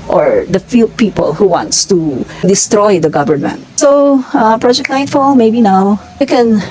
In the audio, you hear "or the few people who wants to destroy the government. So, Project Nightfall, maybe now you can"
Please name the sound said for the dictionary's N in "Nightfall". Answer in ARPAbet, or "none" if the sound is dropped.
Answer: L